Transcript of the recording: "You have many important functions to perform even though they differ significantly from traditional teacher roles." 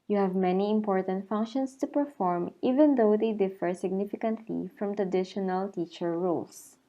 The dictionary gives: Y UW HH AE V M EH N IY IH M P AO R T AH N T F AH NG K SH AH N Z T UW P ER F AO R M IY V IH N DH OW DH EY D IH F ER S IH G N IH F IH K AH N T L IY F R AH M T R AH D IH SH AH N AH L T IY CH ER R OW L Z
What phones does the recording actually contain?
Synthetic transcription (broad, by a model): Y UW HH AE V M EH N IY IH M P AO R T AH N T F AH NG K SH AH N S T UW P ER F AO R M IY V IH N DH OW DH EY D IH F ER S IH G N IH F IH K AH N T L IY F R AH M T R AH D IH SH AH N AH L T IY CH ER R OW L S